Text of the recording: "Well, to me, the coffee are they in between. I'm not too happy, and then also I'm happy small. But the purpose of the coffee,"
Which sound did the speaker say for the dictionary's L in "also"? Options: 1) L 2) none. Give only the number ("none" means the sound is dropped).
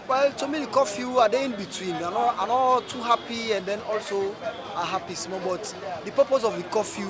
1